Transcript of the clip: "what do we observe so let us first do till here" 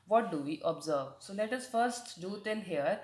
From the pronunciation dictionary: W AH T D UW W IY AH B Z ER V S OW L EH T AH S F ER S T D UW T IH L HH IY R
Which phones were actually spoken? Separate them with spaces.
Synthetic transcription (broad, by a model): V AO T D UW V IY AH B Z ER V S OW L EH T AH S F ER S T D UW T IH N HH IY R